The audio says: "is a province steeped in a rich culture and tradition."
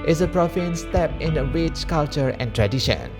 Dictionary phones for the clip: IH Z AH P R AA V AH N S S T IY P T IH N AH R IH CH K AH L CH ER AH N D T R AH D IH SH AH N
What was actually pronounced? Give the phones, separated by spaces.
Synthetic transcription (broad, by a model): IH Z AH P R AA F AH N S S T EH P IH N AH W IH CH K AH L CH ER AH N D T R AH D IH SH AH N